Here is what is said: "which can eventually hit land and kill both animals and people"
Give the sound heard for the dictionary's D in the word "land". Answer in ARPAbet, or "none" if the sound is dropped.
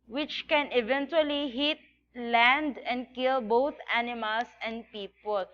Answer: D